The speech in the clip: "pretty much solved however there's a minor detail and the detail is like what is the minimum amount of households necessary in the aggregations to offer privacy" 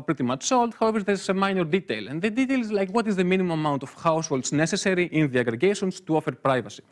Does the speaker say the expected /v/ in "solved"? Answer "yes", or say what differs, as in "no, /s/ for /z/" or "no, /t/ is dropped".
no, /v/ is dropped